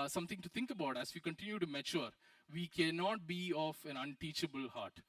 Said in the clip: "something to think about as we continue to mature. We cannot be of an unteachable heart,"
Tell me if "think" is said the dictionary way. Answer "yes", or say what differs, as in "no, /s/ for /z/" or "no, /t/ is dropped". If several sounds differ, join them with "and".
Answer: no, /t/ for /θ/